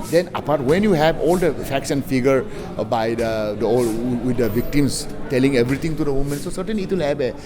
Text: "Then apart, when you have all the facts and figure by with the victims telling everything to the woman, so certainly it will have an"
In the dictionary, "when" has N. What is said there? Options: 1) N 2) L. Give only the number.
1